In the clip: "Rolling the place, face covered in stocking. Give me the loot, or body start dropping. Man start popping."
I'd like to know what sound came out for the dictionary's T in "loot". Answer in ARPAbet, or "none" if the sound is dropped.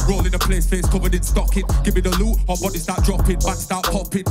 none